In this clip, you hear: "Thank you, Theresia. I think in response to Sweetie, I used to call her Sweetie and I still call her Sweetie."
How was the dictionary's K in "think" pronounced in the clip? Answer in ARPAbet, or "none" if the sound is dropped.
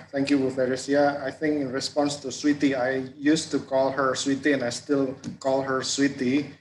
K